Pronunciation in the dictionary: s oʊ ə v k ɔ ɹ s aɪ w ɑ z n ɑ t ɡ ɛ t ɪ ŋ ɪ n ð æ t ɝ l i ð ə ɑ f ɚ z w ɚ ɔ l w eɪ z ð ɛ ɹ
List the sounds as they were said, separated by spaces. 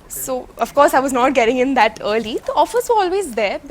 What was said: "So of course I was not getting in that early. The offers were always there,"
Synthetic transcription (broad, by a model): s oʊ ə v k ɔ ɹ s aɪ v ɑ z n ɑ t ɡ ɛ t ɪ ŋ ɪ n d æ t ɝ l i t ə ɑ f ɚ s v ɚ ɔ l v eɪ z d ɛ ɹ